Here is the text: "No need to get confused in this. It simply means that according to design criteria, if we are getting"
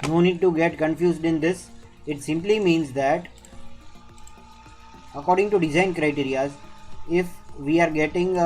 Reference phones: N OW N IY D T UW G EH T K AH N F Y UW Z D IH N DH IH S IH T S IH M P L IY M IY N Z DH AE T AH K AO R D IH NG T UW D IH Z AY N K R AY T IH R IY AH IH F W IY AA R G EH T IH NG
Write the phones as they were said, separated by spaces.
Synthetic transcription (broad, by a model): N OW N IY D T UW G EH T K AH N F Y UW Z D IH N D IH S IH T S IH M P L IY M IY N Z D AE T AH K AO R D IH NG T UW D IH Z AY N K R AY T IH R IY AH IH F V IY AA R G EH T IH NG